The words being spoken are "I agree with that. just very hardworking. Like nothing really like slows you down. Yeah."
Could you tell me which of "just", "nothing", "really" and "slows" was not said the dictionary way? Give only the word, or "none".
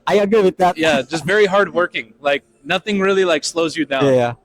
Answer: none